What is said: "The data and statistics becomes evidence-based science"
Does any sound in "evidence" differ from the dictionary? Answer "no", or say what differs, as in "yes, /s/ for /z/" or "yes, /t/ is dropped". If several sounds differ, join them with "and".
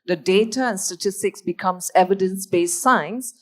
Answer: no